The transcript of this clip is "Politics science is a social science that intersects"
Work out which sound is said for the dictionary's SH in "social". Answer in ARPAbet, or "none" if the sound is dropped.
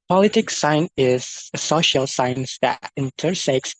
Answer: SH